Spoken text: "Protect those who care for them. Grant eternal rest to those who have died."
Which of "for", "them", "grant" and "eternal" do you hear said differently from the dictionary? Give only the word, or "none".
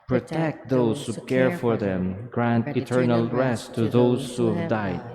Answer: none